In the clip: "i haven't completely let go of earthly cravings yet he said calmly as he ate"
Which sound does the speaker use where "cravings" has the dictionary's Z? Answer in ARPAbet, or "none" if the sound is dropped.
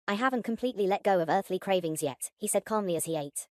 Z